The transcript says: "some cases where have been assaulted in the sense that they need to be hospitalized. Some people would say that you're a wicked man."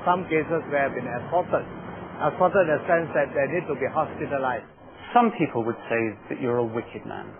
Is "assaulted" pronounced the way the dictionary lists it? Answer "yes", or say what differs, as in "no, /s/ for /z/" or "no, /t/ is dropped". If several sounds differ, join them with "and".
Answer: no, /l/ is dropped